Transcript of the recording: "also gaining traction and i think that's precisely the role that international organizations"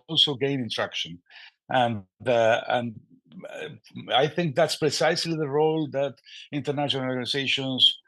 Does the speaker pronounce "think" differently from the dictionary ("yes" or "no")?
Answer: no